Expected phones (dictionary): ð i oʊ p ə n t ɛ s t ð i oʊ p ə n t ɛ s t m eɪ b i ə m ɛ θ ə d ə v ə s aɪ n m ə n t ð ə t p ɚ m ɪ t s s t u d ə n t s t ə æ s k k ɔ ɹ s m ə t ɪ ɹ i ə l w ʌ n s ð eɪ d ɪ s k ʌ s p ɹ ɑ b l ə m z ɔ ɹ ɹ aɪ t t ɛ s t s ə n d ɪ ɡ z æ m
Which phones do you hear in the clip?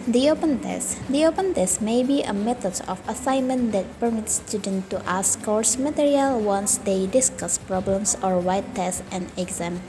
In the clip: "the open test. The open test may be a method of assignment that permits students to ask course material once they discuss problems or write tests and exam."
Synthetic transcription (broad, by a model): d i oʊ p ə n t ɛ s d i oʊ p ə n t ɛ s t m eɪ b i ə m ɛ t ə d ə f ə s aɪ n m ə n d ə t p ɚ m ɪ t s s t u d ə n t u t ə s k k ɔ ɹ s m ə t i ɹ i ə l w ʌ n s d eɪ d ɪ s k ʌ s p ɹ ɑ b l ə m s ɔ ɹ w aɪ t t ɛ s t ə n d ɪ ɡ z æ m